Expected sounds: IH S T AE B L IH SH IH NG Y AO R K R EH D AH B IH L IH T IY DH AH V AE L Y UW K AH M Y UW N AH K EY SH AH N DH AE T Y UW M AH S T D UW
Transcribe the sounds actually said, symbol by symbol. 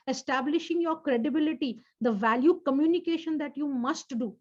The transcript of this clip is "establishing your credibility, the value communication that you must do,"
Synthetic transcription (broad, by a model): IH S T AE B L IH SH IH NG Y AO R K R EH D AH B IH L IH T IY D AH V AE L Y UW K AH M Y UW N AH K EY SH AH N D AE T Y UW M AH S T D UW